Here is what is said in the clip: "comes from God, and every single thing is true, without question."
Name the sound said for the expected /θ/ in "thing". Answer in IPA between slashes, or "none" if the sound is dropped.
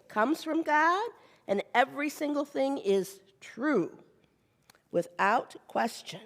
/θ/